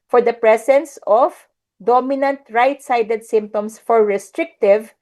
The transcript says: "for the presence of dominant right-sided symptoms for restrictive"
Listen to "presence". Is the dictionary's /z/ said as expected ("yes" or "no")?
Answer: no